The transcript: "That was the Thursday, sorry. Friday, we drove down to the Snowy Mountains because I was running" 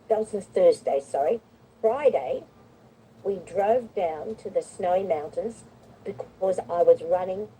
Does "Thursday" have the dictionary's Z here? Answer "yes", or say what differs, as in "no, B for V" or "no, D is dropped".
yes